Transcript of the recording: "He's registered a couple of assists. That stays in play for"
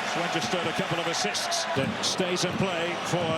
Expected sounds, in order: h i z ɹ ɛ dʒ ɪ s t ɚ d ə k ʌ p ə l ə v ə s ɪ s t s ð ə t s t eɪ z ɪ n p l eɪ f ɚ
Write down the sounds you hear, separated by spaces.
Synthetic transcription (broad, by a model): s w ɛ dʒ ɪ s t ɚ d ə k ʌ p l ə v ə s ɪ s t s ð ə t s t eɪ z ɪ n p l eɪ f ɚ